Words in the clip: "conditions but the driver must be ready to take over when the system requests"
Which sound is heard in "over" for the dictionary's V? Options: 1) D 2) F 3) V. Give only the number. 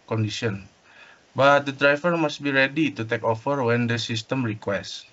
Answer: 2